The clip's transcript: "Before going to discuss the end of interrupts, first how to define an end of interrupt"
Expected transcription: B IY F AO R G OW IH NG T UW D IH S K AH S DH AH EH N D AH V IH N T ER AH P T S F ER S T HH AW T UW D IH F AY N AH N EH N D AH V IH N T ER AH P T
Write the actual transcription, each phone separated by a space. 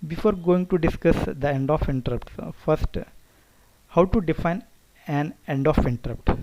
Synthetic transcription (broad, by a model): B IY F AO R G OW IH NG T UW D IH S K AH S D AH EH N D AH F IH N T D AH P T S F ER S T HH AW T UW D IH F AY N AH N EH N D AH F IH N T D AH P T